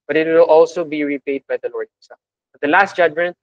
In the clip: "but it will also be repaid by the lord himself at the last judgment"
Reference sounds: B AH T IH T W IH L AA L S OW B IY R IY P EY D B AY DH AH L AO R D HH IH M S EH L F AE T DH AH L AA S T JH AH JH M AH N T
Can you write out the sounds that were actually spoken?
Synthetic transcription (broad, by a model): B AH T IH T W IH L AA L S OW B IY R IY P EY D B AY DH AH L AO R D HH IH S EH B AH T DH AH L AA S T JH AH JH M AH N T